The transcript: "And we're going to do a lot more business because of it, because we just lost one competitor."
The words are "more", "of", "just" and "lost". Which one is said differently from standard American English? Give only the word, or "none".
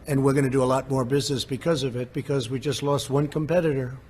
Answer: none